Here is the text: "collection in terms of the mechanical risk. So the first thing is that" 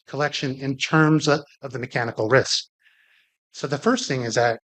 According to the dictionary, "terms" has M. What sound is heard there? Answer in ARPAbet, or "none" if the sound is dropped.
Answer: M